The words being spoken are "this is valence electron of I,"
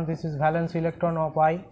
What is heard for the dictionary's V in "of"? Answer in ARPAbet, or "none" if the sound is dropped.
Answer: P